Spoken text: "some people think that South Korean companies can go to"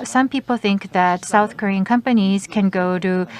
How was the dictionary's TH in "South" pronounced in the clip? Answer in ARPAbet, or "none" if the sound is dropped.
TH